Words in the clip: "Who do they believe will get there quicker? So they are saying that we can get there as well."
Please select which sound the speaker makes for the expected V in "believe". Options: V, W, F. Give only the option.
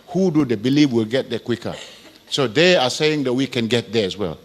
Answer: F